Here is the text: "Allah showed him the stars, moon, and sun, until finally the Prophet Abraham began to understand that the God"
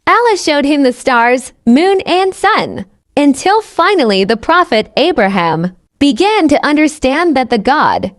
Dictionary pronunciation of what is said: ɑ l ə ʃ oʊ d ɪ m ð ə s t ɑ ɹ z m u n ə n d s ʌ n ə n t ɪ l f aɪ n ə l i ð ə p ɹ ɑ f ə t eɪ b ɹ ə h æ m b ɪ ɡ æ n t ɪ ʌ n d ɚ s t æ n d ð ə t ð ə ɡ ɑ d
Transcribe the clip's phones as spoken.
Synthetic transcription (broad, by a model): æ l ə ʃ oʊ d ɪ m ð ə s t ɑ ɹ z m u n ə n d s ʌ n ə n t ɪ l f aɪ n l i ð ə p ɹ ɑ f ə t eɪ b ɹ ə h æ m b ɪ ɡ æ n t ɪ ʌ n d ɚ s t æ n ð ə t ð ə ɡ ɑ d